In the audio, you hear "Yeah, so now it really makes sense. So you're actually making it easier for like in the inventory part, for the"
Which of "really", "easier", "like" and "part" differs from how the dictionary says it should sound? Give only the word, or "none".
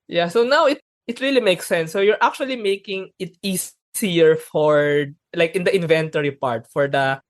easier